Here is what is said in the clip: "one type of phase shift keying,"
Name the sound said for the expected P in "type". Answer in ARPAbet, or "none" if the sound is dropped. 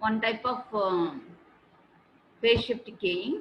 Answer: P